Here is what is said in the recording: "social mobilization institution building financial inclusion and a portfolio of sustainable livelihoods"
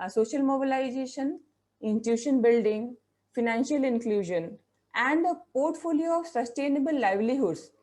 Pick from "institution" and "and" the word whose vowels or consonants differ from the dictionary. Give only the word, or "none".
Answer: institution